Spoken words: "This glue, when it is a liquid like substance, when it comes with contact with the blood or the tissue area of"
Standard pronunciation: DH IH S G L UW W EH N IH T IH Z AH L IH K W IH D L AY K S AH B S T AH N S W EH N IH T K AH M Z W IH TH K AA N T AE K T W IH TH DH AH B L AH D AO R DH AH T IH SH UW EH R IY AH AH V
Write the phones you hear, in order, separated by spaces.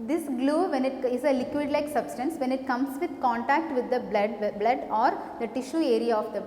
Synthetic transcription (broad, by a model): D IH S G L UW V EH N IH T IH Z AH L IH K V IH D L AY K S AH B S T AH N S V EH N IH T K AH M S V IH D K AA N T AE K T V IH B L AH B L AH D AO R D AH T IH SH UW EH R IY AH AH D